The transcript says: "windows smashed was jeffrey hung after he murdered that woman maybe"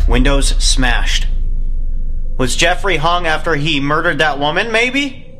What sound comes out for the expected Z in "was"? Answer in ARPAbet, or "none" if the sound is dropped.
Z